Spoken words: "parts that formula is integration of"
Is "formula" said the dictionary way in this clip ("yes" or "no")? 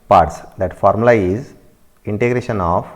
no